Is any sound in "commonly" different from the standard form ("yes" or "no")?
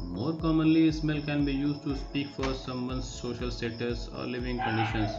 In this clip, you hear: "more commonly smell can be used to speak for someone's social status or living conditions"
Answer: no